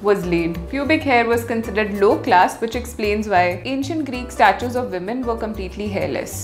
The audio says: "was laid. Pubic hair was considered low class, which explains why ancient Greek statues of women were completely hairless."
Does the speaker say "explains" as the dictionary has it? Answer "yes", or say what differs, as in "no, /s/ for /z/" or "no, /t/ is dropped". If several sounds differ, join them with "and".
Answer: yes